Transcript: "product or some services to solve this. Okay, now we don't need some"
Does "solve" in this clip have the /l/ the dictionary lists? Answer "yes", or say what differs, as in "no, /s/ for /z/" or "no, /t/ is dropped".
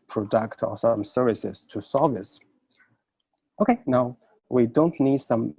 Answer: no, /l/ is dropped